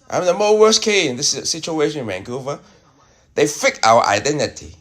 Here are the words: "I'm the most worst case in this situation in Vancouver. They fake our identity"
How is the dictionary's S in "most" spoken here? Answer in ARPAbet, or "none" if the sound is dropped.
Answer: none